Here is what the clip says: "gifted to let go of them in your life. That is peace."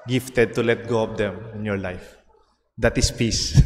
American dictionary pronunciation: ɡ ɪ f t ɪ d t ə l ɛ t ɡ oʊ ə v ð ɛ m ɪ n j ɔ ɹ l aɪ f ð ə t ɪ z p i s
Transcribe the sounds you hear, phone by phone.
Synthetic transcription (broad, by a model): ɡ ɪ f t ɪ d t ə l ɛ t ɡ oʊ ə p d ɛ m ɪ n j ɔ ɹ l aɪ f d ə t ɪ s p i s